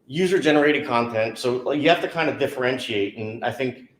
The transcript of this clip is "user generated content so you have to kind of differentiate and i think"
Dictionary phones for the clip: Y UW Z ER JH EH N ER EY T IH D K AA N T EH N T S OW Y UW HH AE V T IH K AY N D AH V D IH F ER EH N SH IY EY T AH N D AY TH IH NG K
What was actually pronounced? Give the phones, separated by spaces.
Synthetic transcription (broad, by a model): Y UW Z ER JH EH N ER EY T IH D K AA N T EH N T S OW Y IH HH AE F T IH K AY N D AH D IH F ER EH N SH IY EY T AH N AY TH IH NG K